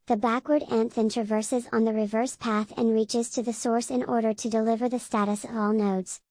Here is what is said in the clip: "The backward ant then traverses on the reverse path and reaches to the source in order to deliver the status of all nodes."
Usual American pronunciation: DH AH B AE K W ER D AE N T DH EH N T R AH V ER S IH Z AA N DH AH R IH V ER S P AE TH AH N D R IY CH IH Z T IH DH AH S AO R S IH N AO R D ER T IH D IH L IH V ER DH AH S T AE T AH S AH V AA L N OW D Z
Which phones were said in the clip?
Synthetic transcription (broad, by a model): DH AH B AE K W ER D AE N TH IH N T R AH V ER S IH Z N DH AH R IH V ER S P AE TH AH N R IY CH IH Z T IH DH AH S AO R S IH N AO R D ER T IH D IH L IH V ER DH AH S T AE T AH S AH V AA L N OW D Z